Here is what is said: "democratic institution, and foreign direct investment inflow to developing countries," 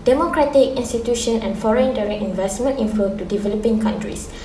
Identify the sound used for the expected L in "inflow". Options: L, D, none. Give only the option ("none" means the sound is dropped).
none